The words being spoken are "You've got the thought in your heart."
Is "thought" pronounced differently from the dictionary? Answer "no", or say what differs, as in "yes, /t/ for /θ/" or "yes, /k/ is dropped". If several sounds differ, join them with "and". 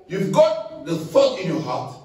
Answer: yes, /f/ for /θ/